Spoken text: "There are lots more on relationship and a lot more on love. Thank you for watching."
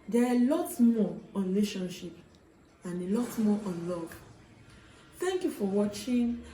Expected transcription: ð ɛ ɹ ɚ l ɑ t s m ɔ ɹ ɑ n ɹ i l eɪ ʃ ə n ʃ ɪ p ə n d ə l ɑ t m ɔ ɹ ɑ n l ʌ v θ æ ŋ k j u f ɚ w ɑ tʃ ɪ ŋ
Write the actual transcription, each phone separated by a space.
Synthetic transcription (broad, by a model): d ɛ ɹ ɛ l ɑ t m ɔ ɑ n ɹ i l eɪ ʃ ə n ʃ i p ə n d ə l ɑ t m ɔ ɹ ɑ n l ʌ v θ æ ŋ k j u f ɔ w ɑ tʃ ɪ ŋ